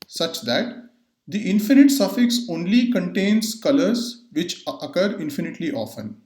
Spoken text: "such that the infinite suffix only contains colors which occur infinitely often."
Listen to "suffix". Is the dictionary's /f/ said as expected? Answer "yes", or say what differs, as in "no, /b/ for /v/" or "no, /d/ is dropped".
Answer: yes